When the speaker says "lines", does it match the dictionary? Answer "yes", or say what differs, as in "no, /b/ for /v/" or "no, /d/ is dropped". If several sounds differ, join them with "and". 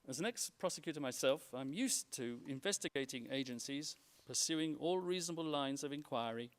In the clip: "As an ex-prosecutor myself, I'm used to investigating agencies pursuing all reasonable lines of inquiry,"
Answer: yes